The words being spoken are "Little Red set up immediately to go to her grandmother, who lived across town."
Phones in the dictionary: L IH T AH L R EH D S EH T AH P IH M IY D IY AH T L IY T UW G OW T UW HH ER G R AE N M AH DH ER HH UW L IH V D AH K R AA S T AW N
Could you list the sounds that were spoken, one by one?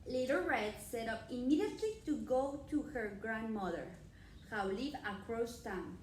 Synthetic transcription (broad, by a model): L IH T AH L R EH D S EH T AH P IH M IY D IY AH T L IY T UW G OW T UW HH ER G R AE N M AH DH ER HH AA L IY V AH K R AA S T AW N